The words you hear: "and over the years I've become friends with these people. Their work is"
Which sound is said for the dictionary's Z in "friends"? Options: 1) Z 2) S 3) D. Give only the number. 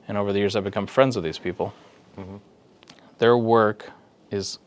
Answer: 1